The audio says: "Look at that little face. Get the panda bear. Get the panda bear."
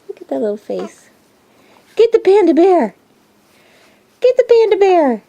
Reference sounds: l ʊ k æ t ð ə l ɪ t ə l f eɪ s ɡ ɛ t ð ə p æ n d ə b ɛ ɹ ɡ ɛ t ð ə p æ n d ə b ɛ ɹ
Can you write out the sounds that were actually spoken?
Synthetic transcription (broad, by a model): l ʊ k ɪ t ð ə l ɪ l f eɪ s ɡ ɛ t ð ə p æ n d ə b ɛ ɹ ɡ ɛ t ð ə p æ n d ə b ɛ ɹ